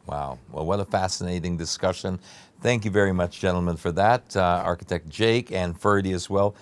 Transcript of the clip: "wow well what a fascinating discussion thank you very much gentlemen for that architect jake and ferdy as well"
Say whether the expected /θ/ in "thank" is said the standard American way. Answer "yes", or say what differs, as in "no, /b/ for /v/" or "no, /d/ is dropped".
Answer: yes